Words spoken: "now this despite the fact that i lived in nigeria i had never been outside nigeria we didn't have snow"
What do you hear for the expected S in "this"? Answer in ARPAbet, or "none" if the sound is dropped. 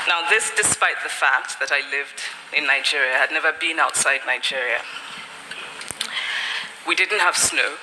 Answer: S